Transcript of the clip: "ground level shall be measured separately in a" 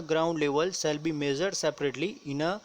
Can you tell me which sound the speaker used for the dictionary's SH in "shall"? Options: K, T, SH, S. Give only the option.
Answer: S